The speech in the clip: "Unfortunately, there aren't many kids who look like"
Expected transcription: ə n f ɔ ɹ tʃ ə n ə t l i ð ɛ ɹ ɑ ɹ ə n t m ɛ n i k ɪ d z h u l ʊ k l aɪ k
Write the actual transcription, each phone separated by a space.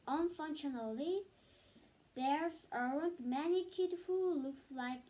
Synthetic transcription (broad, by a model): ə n f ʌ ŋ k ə n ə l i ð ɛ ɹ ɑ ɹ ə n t m ɛ n i k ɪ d h u l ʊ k l aɪ k